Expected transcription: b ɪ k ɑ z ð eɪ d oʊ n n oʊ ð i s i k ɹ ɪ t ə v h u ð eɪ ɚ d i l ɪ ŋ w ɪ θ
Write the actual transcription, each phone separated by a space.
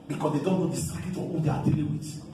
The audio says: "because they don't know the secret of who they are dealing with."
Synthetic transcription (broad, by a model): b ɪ k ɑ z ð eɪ d oʊ n n oʊ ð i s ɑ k ɪ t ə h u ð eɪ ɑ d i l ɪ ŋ w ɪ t